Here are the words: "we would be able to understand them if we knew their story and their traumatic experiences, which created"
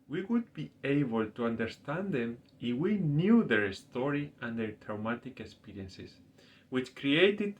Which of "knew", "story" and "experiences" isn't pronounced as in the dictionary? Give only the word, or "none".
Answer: experiences